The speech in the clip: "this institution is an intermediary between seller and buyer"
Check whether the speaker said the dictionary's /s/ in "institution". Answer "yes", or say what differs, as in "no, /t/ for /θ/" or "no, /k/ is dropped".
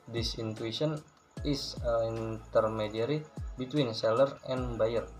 no, /s/ is dropped